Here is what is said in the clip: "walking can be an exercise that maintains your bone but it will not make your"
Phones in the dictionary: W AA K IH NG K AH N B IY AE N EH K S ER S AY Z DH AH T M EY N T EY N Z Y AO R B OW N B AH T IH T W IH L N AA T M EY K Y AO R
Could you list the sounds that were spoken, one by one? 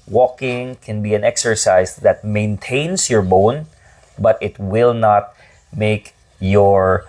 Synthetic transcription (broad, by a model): W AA K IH NG K AH N B IY AE N EH K S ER S AY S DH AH T M EY N T EY N S Y AO R B OW N B AH T IH T W IH L N AA T M EY K Y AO R